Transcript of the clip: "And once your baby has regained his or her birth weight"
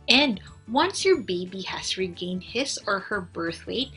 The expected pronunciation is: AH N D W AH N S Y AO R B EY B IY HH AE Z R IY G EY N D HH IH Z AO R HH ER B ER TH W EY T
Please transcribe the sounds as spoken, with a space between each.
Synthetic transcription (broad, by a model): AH N D W AH N S Y AO R B EY B IY HH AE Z R IY G EY N D HH IH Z AO R HH ER B ER TH W EY T